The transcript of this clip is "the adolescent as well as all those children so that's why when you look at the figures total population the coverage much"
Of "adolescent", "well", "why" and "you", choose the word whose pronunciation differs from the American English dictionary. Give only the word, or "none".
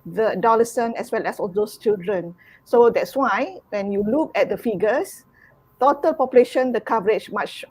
adolescent